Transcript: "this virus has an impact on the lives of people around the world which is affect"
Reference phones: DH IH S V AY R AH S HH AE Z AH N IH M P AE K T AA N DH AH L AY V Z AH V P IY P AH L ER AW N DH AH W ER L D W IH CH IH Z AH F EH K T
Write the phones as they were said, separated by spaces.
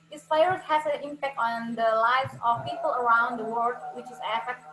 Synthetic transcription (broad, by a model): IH S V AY AH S HH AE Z AH N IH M P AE K T AA N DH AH L AY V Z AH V P IY P AH L ER AW N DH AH W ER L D W IH CH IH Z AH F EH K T